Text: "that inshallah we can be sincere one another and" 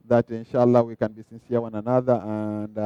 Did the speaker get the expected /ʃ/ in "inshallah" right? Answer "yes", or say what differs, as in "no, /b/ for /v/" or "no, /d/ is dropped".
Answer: yes